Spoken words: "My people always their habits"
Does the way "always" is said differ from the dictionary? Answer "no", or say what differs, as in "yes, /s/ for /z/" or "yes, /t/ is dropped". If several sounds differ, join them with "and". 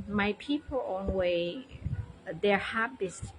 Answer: yes, /n/ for /l/